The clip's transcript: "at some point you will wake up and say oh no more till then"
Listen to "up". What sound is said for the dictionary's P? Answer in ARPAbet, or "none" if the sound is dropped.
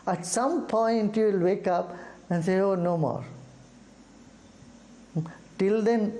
P